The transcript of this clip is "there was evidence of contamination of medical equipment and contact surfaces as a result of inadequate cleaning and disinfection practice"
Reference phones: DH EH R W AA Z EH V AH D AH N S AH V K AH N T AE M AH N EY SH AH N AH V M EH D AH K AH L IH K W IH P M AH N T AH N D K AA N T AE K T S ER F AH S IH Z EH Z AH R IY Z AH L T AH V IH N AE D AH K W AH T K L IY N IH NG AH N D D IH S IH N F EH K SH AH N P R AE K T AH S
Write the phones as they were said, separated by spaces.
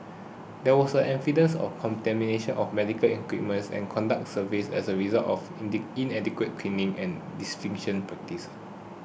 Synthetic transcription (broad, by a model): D EH W AA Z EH F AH D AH N S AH F K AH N T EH M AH N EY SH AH N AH F M EH D AH K AH L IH K W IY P M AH N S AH N K AA N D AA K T S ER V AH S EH S AH R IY Z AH L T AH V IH N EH D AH K W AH T K L IY N IH NG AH N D D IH S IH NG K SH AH N P R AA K T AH S